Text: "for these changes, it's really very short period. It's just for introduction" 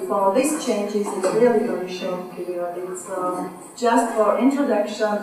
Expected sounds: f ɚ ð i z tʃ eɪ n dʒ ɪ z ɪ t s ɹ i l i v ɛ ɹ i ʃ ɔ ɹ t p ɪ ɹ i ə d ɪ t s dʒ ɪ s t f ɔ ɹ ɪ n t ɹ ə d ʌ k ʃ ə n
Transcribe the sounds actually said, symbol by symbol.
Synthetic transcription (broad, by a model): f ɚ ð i s tʃ eɪ n dʒ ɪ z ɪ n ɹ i i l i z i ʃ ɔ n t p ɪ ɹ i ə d ɪ t s dʒ ɪ s t f ɔ ɹ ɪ n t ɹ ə d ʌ k ʃ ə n